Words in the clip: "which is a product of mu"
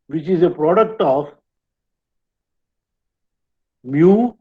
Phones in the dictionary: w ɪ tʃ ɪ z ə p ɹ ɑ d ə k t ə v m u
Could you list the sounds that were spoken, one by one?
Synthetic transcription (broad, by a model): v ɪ tʃ ɪ z ə p ɹ ɑ d ə k t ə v m u